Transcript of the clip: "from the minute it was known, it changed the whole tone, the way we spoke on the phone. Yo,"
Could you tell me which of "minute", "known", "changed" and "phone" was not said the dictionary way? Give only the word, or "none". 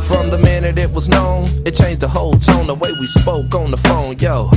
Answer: none